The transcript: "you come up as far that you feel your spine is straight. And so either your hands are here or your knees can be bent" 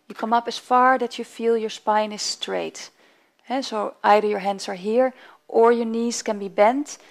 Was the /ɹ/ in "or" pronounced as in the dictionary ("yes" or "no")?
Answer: yes